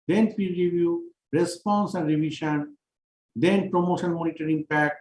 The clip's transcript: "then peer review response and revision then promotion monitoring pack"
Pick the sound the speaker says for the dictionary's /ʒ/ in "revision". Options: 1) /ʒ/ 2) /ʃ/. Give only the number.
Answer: 2